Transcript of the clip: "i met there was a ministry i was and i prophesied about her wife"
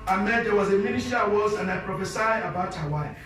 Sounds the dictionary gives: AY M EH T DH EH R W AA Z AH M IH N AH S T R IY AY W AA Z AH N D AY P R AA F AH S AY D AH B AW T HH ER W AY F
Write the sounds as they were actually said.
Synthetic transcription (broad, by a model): AY M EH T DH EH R W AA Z AH M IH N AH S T IY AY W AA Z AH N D AY P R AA F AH S AY AH B AW T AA W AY